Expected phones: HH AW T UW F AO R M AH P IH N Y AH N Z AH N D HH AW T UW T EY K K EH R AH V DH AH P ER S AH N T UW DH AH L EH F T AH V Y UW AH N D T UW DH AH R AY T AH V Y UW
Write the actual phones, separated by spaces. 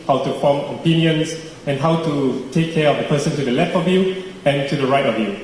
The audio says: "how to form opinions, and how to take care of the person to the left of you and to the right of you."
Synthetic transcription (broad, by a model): HH AW T UW F AO M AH P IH N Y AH N S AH N HH AW T UW T EY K K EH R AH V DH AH P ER S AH N T UW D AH L EH F T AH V Y UW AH N T UW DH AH R AY T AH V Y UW